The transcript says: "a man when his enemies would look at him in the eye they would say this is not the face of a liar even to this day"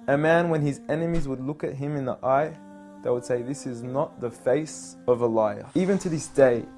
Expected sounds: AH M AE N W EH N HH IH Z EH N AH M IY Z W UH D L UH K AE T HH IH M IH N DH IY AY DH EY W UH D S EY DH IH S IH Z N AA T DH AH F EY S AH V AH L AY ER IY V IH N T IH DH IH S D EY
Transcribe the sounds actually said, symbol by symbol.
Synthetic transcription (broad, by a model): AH M AE N W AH N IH Z EH N AH M IY Z W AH D L UH K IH T HH IH M IH N DH IY AY DH EY W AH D S EY DH IH S IH Z N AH T DH AH F EY S AH V AH L AY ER IY V IH N T IH DH IH S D EY